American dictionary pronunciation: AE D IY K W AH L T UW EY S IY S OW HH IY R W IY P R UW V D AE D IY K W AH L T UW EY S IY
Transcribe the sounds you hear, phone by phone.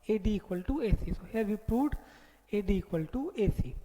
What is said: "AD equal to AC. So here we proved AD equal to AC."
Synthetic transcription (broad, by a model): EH D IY K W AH L T UW EY S IY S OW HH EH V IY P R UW D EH D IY K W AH L T UW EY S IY